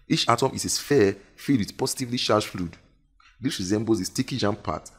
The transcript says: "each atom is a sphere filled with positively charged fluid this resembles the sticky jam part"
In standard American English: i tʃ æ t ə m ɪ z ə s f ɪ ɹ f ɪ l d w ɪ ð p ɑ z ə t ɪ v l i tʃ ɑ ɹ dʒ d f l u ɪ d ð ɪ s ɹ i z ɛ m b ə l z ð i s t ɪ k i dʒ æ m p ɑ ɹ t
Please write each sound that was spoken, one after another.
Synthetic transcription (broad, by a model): i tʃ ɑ t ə m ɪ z ə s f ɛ f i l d w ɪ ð p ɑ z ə t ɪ v l i ʃ ɑ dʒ f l u d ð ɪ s ɹ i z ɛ m b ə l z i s t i k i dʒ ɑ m p ɑ t